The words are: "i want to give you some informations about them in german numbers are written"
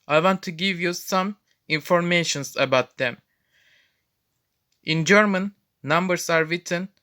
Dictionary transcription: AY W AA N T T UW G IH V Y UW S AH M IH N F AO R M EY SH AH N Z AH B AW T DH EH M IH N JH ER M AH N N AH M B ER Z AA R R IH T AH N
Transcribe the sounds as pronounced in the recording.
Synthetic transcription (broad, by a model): AY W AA N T T UW G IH V Y UW S AH M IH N F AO R M EY SH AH N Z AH B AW T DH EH M IH N JH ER M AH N N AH M B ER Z AA R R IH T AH N